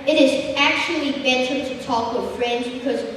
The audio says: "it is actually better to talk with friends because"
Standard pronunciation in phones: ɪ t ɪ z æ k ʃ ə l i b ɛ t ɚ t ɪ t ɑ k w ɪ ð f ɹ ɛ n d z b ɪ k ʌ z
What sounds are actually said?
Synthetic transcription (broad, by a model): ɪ t ɪ z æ k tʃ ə l i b ɛ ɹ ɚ t ɪ t ɑ k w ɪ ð f ɹ ɛ n d z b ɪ k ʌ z